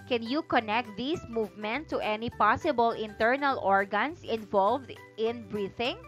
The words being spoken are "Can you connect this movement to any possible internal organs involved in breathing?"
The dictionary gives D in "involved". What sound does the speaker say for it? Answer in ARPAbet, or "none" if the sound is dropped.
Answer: D